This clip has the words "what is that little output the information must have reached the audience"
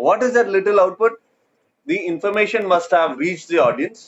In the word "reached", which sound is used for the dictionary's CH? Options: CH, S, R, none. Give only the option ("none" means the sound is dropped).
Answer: CH